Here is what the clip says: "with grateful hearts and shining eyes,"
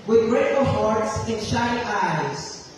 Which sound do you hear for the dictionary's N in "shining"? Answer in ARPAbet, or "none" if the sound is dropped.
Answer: none